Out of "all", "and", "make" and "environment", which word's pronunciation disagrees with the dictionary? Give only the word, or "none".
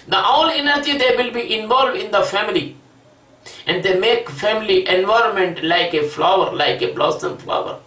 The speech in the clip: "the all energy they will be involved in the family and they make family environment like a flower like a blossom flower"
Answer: none